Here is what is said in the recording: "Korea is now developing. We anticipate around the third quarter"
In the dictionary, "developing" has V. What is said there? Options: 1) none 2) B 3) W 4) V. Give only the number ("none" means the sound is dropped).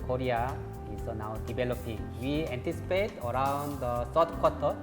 2